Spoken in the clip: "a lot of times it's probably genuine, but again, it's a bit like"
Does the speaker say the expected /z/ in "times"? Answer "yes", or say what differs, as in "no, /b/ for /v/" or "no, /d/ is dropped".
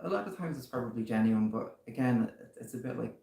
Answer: yes